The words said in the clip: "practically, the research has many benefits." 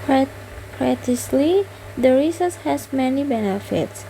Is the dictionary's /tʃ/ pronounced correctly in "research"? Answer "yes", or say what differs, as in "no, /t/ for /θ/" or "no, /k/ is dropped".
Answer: no, /s/ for /tʃ/